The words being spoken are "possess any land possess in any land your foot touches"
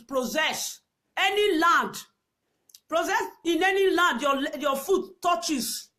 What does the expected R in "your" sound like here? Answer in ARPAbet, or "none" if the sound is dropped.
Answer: L